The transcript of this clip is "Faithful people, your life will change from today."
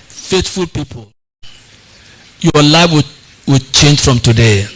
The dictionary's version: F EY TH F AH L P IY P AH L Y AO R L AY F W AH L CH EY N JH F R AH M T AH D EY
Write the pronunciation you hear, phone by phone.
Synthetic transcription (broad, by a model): F EY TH F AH L P IY P AH L Y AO L AY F W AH W CH EY N JH F R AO M T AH D EY